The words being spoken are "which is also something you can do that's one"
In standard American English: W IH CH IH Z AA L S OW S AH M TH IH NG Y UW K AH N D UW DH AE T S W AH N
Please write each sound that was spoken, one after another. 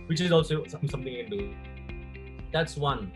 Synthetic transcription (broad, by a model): W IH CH IH Z AA L S OW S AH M S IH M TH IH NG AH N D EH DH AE T S W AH N